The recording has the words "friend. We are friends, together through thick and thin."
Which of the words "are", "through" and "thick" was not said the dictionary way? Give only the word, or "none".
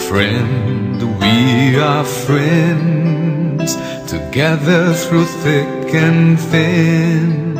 none